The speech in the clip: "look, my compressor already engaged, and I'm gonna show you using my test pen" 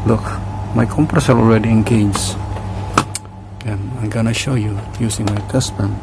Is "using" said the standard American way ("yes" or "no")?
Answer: no